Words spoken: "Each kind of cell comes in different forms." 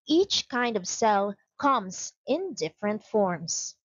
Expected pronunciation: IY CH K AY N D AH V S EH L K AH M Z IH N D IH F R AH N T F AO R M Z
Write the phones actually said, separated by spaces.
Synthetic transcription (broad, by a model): IY CH K AY N D AH V S EH L K AH M Z IH N D IH F R AH N T F AO R M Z